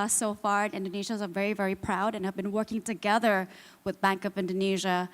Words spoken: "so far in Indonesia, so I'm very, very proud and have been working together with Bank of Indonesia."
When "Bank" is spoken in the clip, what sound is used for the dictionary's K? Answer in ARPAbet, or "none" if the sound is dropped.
K